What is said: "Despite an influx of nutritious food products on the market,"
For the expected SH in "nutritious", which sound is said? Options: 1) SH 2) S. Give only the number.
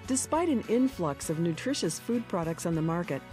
1